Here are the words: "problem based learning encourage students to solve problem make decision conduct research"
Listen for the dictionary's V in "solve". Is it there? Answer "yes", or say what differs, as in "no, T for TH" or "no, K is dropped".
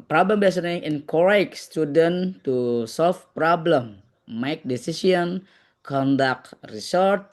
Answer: no, F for V